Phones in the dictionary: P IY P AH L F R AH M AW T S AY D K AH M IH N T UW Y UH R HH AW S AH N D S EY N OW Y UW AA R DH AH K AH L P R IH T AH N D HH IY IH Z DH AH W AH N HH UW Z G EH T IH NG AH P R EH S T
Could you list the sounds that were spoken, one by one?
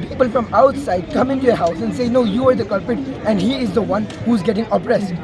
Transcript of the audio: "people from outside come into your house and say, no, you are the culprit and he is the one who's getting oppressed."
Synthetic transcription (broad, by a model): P IY P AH L F R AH M AW T S AY D K AH M IH N T UW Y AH HH AW S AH N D S EY N OW Y UW AA R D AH K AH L P IH T AH N D HH IY IH Z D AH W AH N HH UW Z G EH T IH NG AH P R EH S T